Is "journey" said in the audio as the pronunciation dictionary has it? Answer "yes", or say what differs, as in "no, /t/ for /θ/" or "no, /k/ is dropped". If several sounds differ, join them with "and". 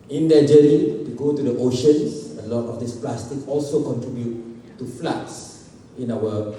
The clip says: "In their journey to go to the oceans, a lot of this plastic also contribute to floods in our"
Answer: no, /n/ is dropped